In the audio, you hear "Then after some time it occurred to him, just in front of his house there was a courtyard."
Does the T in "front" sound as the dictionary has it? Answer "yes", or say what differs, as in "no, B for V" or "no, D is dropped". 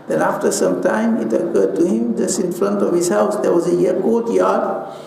yes